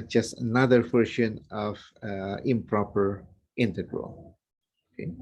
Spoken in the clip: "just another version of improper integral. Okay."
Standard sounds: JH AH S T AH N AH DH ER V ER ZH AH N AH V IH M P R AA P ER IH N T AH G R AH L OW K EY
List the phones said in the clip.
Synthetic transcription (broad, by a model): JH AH S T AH N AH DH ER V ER SH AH N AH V IH M P R AA P ER IH N T AH G R AH L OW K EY